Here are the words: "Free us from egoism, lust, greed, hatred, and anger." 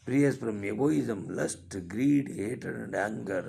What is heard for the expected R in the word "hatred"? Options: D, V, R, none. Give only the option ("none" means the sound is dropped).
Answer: none